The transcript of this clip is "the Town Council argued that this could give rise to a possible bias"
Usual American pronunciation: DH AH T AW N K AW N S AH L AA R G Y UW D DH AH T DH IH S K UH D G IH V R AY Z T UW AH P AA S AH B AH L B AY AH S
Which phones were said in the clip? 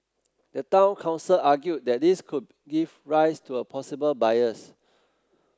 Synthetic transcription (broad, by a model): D AH T AW N K AW N S AH L AA G Y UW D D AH T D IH S K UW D G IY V R AY S T UW AH P AA S AH B AH L B AY AH S